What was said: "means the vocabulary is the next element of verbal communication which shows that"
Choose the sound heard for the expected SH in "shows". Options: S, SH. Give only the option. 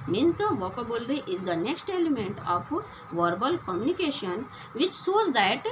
S